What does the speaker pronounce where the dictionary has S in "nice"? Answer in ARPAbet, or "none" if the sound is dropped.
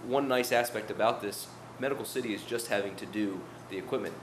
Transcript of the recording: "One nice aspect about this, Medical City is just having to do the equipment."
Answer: S